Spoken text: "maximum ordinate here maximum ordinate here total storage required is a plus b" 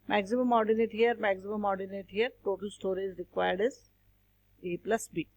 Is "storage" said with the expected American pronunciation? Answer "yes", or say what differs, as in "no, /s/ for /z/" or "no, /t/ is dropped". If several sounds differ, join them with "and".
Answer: no, /z/ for /dʒ/